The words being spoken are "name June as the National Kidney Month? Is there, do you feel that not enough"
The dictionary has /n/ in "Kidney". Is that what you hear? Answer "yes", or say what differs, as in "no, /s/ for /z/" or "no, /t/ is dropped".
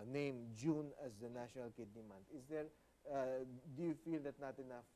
yes